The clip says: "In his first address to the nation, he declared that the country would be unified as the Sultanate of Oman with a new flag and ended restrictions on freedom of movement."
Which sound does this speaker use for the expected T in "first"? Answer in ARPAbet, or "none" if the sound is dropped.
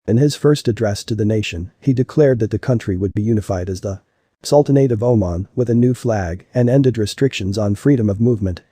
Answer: T